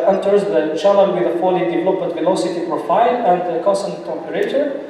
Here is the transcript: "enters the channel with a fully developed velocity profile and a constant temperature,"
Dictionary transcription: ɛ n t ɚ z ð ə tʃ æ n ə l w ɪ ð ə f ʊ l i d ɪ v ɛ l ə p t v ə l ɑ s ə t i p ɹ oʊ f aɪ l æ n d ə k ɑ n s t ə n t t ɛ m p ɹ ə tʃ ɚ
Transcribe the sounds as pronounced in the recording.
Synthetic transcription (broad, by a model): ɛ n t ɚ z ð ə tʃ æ l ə n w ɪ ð ə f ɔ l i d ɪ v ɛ l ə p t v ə l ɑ s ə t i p ɹ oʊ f aɪ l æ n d ə k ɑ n s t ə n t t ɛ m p ɹ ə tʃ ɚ